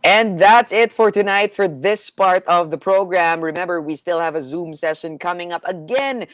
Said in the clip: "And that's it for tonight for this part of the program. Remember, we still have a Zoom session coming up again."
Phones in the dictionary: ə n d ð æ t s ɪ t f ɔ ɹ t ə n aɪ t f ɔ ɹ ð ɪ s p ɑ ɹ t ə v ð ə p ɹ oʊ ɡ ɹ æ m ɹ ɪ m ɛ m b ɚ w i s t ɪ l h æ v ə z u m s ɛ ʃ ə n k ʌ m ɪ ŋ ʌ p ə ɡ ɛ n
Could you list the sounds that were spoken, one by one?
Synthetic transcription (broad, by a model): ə n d ð æ t s ɪ t f ɔ ɹ t ə n aɪ t f ɔ ɹ ð ɪ s p ɑ ɹ t ə v ð ə p ɹ oʊ ɡ ɹ æ m ɹ ɪ m ɛ m b ɚ w i s t ɪ l h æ v ə z u m s ɛ ʃ ə n k ʌ m ɪ ŋ ʌ p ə ɡ ɛ n